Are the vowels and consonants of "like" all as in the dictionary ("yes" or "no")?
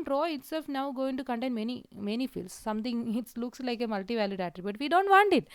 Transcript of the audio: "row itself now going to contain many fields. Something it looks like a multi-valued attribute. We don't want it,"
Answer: yes